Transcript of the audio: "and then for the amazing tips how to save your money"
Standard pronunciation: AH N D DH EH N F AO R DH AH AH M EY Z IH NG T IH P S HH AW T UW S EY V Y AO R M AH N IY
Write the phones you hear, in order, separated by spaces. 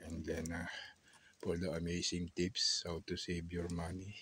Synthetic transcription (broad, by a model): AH N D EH N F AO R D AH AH M EY S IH NG T IH P S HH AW T UW S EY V Y AO R M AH N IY